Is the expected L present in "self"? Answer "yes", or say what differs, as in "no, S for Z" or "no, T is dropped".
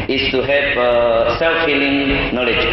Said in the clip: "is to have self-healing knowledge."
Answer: yes